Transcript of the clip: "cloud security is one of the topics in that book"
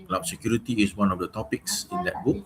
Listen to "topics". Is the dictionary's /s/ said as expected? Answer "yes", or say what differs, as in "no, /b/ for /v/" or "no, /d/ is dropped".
yes